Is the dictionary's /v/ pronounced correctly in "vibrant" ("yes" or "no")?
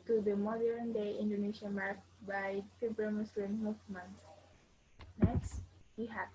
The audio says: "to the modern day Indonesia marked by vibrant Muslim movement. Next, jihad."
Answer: no